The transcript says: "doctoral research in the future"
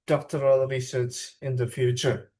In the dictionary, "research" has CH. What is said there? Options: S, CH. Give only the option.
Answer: S